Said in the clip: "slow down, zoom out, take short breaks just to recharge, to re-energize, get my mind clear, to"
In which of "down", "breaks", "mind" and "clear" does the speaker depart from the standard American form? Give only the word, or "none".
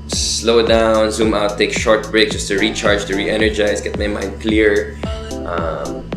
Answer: breaks